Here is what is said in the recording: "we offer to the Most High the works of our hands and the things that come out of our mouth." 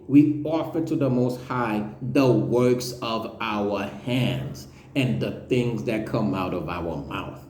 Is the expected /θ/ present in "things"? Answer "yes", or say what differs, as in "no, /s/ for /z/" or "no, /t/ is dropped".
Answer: yes